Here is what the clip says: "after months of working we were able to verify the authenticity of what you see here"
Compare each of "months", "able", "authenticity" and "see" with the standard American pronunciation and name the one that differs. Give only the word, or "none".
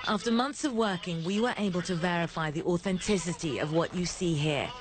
none